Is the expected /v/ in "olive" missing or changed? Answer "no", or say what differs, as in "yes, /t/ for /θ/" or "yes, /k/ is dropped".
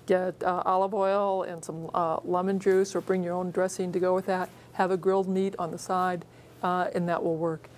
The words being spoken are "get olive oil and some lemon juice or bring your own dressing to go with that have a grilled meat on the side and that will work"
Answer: no